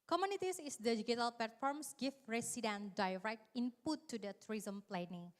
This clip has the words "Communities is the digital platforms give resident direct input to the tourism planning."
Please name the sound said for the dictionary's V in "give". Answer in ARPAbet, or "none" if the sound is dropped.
F